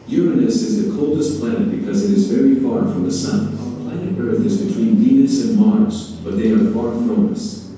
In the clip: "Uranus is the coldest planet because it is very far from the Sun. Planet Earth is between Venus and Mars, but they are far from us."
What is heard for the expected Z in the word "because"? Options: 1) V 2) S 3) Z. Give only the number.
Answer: 3